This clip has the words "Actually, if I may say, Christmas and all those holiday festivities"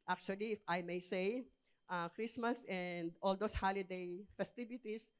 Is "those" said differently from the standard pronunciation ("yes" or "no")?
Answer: yes